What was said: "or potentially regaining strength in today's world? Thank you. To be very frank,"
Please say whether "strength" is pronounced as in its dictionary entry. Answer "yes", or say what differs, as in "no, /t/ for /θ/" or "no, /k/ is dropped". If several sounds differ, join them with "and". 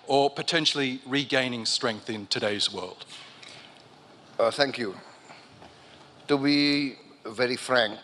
yes